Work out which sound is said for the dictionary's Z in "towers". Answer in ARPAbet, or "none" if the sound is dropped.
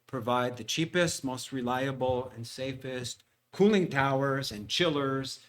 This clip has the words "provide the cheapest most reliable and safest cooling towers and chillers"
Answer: Z